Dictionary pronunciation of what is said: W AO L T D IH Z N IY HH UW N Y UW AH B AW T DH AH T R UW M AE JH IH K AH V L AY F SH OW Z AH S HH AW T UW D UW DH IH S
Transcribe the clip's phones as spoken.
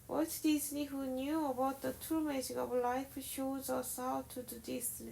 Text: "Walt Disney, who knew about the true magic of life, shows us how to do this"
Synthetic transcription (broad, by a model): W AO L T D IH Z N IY HH UW N Y UW AH B AW T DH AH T UW M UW Z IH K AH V L AY F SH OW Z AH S HH AW T UW D UW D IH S